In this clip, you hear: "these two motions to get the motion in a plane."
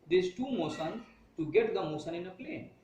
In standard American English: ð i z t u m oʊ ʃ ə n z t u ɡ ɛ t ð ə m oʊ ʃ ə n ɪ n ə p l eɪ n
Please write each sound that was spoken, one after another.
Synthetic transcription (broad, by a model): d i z t u m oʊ s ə n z t u ɡ ɛ t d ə m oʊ s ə n ɪ n ə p l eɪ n